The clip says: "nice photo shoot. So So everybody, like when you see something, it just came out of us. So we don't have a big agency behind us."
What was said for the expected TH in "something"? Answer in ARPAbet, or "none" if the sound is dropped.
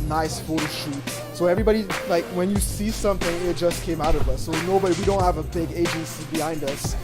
TH